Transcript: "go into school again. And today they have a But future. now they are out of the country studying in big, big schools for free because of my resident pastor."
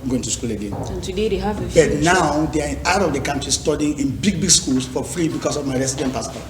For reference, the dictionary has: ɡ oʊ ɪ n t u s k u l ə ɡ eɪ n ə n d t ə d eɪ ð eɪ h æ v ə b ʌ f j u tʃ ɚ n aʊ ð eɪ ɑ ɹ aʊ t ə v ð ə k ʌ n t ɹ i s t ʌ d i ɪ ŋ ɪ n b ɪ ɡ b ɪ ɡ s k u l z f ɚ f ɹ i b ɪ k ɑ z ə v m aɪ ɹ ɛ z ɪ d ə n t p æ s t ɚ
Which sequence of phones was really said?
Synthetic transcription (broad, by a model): ɡ oʊ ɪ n t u s k u l ə ɡ eɪ n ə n t ə d eɪ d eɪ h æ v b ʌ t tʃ n aʊ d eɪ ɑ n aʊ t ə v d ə k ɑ n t ɹ i s t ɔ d i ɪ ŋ ɪ n b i ɡ b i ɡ s k u l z f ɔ f ɹ i b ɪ k ɑ s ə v m aɪ ɹ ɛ s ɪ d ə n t p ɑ s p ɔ